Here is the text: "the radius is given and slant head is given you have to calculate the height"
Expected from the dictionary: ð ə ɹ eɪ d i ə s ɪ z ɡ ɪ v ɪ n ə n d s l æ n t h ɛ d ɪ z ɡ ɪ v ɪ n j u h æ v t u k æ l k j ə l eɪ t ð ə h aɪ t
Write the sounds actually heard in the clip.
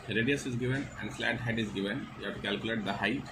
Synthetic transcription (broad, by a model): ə ɹ eɪ d i ə s ɪ z ɡ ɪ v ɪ n ə n d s l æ t h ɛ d ɪ z ɡ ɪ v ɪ n j u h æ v t u k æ l k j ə l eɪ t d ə h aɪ